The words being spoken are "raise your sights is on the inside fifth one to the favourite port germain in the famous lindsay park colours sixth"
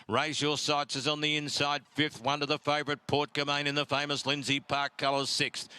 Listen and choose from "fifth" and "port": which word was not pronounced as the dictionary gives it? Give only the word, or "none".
none